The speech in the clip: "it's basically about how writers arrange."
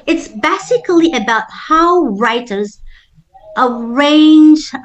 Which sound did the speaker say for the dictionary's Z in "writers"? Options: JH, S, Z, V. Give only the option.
Z